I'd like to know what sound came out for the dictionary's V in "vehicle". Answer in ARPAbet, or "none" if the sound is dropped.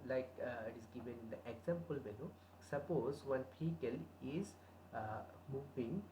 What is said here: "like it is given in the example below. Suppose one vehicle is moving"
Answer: P